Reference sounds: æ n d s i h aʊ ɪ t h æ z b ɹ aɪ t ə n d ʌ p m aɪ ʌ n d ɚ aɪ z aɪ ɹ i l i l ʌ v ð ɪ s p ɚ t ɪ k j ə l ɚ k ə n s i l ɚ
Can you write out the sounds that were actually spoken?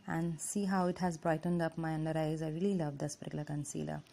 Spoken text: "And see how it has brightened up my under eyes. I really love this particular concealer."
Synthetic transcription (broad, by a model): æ n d s i h aʊ ɪ t h æ z b ɹ aɪ t ə n d ʌ p m aɪ ʌ n d ɚ aɪ z aɪ ɹ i l i l ʌ v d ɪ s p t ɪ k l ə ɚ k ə n s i l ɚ